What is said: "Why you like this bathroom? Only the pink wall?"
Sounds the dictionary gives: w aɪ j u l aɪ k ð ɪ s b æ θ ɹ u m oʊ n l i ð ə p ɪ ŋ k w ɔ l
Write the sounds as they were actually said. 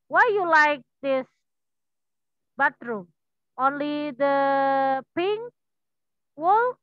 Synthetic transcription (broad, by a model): w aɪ j u l aɪ k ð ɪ s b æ t ɹ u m oʊ n l i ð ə p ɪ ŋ w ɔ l